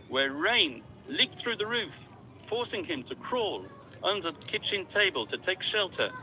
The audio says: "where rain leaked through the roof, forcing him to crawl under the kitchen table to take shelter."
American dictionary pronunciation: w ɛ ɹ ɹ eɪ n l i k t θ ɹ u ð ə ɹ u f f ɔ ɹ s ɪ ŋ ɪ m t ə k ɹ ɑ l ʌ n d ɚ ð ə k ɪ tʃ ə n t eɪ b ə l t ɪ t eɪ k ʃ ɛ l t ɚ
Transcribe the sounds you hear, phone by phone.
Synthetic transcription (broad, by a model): w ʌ ɹ ɹ eɪ n l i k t θ ɹ u ð ə ɹ u f f ɔ ɹ s ɪ ŋ ɪ m t ə k ɹ ɑ l ʌ n d ɚ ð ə k ɪ tʃ ə n t eɪ b ə l t ɪ t eɪ k ʃ ɛ l t ɚ